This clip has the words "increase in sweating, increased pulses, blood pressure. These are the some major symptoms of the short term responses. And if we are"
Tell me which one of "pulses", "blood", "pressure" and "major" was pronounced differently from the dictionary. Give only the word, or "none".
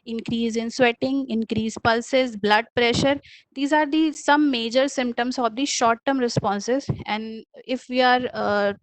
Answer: none